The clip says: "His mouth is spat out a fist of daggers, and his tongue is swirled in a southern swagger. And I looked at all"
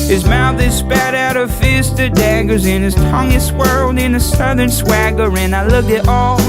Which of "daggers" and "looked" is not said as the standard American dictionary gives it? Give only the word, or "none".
looked